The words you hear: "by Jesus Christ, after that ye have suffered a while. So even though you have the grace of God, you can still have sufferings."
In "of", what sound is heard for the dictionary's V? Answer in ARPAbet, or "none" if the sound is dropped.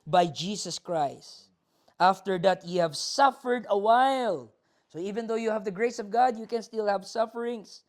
V